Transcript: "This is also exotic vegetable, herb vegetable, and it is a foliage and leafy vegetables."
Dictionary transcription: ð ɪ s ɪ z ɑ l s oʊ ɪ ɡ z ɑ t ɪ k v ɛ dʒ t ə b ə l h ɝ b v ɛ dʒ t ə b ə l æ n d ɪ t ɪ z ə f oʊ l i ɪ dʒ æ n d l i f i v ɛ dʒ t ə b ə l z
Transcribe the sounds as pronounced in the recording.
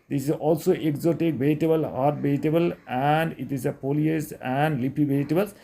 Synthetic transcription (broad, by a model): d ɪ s ɪ z ɑ l s oʊ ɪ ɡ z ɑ t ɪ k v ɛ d t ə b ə l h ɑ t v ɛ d t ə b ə l æ n d ɪ t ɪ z ə p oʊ l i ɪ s æ n d l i p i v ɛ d t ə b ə l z